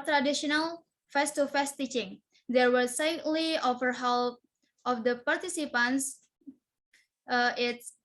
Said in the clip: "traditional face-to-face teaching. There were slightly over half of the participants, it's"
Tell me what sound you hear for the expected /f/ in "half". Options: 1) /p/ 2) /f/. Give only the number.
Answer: 1